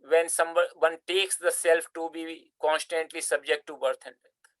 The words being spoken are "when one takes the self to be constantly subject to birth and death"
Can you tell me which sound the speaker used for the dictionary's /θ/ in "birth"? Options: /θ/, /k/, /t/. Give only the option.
/t/